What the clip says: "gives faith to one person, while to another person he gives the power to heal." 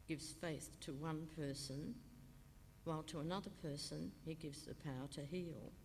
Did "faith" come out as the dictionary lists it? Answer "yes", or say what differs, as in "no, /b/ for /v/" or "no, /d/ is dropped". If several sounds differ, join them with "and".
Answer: yes